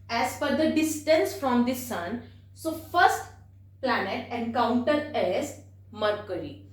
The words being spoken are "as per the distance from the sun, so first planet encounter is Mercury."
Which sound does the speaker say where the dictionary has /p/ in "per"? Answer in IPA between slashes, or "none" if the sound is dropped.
/f/